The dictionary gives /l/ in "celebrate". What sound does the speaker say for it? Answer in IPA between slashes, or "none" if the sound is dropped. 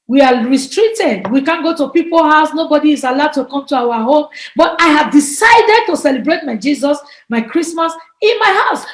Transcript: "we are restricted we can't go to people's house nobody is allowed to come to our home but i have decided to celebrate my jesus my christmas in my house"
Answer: /l/